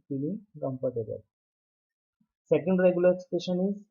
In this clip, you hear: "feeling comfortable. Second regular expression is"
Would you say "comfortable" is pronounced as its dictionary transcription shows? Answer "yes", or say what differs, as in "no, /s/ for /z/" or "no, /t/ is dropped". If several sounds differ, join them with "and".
no, /p/ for /f/